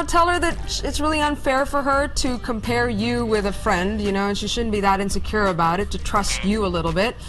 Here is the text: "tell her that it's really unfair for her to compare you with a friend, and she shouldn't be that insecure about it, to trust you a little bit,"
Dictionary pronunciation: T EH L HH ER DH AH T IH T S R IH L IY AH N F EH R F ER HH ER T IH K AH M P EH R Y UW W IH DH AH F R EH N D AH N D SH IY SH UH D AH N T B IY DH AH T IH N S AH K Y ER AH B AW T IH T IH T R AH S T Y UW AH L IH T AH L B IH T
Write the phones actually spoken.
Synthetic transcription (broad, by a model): T EH L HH ER DH AH T IH T S R IH L IY AH N F EH R F ER ER T IH K AH M P EH R Y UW W IH DH AH F R EH N D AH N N SH IY SH UH D N B IY DH AH T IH N S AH K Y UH AH B AW T IH T IH T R AH S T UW AH L IH T L B IH T